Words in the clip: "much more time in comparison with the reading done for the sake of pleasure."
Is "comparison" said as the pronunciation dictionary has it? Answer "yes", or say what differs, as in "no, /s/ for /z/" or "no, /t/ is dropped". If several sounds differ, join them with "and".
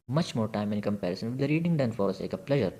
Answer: yes